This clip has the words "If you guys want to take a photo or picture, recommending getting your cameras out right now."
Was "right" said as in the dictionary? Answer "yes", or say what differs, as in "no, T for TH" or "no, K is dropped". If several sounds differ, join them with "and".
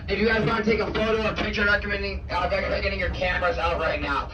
yes